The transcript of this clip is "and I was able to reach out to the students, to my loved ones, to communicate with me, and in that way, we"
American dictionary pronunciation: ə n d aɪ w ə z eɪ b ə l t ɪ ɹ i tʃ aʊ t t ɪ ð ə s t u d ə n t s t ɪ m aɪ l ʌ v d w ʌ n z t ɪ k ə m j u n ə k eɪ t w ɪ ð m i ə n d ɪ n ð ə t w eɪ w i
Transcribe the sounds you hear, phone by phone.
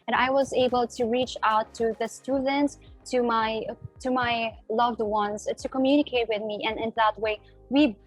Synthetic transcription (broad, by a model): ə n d aɪ w ə z eɪ b ə l t ɪ ɹ i tʃ aʊ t t ɪ ð ə s t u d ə n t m t ɪ m aɪ l ʌ v d w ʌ n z t ɪ k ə m j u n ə k eɪ t w ɪ ð m i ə n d ɪ n ð ə t w eɪ w i